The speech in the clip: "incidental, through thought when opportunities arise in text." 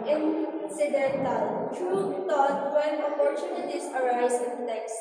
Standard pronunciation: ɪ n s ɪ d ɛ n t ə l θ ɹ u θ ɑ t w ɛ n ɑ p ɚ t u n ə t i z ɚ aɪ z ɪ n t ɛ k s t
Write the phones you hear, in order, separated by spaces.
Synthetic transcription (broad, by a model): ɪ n s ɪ d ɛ n t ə l t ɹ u t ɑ t w ɛ n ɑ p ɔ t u n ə t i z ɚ aɪ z ɪ n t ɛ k s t